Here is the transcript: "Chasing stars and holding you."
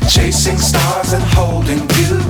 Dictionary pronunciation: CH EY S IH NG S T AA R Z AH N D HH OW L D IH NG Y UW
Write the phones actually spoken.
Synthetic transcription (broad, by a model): CH EY S IH NG S T AA R Z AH N HH OW L D IH NG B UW